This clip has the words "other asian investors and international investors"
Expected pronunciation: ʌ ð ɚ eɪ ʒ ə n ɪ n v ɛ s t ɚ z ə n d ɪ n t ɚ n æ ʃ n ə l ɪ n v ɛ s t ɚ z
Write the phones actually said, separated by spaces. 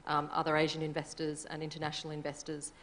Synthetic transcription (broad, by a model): ʌ ð ɚ eɪ ʒ ə n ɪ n v ɛ s t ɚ z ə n ɪ n t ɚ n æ ʃ n l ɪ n v ɛ s t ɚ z